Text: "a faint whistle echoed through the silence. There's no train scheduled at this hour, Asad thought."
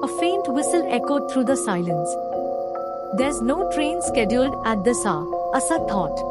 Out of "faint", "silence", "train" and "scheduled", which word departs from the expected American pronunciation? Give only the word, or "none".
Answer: none